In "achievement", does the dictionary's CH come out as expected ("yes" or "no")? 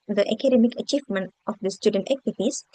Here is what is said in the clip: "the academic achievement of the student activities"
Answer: yes